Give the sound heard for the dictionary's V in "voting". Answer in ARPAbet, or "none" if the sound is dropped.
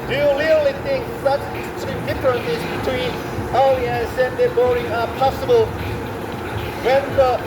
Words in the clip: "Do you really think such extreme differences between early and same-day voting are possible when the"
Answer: B